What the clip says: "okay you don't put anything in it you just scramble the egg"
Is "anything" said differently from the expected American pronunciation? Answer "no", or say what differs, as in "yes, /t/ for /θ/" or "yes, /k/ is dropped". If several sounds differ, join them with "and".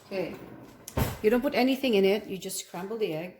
no